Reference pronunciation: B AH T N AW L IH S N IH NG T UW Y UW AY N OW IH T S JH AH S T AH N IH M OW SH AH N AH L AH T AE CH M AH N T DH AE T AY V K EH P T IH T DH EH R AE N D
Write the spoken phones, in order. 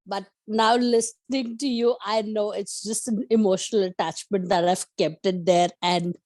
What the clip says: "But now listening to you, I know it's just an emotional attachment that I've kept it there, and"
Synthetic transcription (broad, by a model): B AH T N AW L IH S N IH NG T UW Y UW AY N OW IH T S JH AH S T AH N IH M OW SH AH N AH L AH T AE CH M AH N T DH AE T AY V K EH P T IH T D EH R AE N D